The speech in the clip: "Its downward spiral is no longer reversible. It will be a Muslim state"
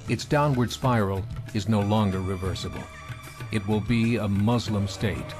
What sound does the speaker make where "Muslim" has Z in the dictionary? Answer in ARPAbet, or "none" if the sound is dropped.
Z